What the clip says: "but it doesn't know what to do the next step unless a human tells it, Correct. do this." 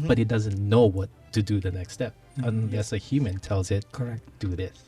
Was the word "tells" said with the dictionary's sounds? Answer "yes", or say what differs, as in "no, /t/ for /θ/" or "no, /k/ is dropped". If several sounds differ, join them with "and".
yes